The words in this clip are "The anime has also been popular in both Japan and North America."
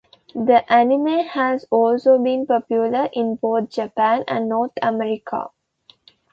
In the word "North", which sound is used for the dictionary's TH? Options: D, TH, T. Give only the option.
T